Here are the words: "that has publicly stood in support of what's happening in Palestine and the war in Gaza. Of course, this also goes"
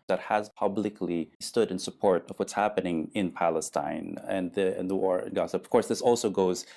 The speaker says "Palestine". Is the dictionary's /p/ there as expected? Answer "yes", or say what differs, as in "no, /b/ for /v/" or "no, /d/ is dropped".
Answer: yes